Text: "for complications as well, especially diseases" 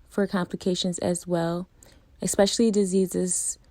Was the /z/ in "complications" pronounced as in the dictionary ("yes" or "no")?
yes